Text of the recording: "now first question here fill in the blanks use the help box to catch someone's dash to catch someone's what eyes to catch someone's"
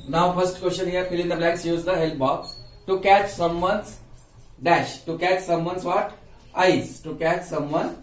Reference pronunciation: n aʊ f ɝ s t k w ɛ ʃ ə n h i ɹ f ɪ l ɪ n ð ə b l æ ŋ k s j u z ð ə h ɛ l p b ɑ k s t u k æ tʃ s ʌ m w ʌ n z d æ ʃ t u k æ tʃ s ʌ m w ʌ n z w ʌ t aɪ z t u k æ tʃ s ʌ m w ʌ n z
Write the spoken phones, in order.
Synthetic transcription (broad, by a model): n aʊ f ɝ s t k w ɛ s ə n h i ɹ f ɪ l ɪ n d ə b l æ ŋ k s j u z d ə h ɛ l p b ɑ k s t u k æ tʃ s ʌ m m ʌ n s d æ ʃ t u k æ tʃ s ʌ m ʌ n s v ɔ t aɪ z t u k æ tʃ s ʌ m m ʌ n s